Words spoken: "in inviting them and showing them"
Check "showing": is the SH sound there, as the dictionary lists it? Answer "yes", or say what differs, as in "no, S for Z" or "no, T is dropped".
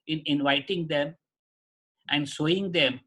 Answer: no, S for SH